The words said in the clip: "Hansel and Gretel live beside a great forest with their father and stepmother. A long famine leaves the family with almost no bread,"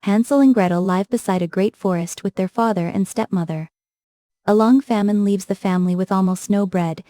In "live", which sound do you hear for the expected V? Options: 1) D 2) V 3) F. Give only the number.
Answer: 2